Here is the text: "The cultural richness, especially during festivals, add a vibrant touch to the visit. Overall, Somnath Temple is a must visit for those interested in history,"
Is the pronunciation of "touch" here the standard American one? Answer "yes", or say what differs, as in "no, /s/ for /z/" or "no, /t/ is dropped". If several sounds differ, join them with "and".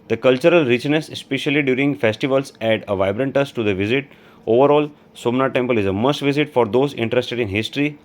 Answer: no, /s/ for /tʃ/